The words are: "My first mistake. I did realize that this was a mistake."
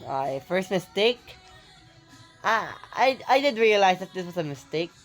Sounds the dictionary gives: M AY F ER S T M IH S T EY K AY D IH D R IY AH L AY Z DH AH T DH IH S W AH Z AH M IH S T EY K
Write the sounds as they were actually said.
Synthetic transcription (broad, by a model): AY F ER S T M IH S T EY K AY D IH D R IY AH L AY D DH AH T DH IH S W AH S AH M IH S T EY K